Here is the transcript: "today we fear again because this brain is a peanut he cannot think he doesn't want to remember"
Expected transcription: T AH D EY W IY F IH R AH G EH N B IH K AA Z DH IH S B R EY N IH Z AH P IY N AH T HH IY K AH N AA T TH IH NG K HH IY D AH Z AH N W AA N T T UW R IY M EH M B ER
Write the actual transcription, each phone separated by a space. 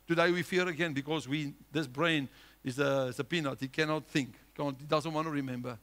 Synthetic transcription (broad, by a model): T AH D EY W IY F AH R AH G EH N B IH K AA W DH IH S B R EY N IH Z AH P IY N AH T HH IY K AH N AA T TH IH NG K HH IY D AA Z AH N W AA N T T UW R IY M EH M B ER